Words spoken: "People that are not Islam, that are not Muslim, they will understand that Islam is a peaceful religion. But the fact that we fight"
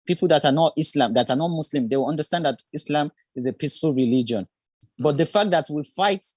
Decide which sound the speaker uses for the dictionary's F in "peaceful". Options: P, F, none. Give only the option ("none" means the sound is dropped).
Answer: F